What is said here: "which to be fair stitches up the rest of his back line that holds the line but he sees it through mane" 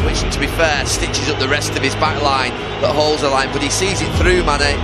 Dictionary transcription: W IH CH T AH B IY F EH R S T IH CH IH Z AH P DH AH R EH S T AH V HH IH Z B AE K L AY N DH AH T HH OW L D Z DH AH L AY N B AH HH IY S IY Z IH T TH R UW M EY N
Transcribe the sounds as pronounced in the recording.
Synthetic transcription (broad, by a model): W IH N T AH B IY F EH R S T IH CH IH Z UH P DH AH R EH S T AH V IH Z B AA K L AY N DH AH T HH OW L D Z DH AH L AY N B AH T IY S IY Z IH T TH R UW M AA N